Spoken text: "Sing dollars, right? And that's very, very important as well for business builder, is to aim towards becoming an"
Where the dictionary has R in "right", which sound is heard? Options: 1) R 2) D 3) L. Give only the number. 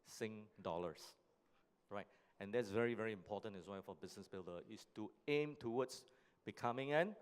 1